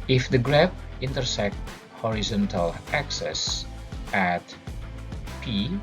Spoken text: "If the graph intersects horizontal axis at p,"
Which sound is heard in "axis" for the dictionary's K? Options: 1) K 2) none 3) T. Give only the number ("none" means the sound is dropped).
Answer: 1